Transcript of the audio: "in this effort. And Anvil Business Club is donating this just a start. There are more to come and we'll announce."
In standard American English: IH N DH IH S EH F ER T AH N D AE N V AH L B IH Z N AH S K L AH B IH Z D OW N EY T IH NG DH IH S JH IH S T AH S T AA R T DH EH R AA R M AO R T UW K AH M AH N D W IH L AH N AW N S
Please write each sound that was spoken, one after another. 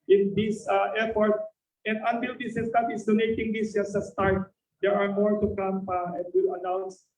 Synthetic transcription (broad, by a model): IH N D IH S EH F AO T AH N D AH N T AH L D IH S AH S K AH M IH S D OW N EY T IH NG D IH S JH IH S AH S T AA R T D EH R AA R M AO R T UW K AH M AH N D W IH L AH N AW N S